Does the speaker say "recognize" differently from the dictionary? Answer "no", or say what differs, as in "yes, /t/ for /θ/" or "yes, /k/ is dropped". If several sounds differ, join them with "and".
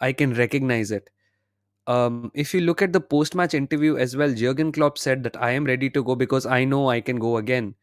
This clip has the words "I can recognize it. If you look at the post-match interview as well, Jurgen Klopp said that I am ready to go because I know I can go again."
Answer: no